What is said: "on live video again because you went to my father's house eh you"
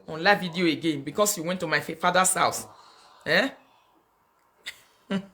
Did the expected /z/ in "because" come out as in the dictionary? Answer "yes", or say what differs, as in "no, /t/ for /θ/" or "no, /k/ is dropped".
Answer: no, /s/ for /z/